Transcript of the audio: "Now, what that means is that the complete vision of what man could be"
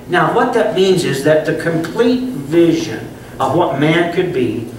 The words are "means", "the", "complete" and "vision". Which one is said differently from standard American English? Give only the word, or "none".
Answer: none